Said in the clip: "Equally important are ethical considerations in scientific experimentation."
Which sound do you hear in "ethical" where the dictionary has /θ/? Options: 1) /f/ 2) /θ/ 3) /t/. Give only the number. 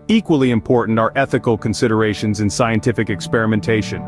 2